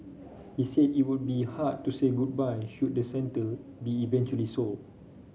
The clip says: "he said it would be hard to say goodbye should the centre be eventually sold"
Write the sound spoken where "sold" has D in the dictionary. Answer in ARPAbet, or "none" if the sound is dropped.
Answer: none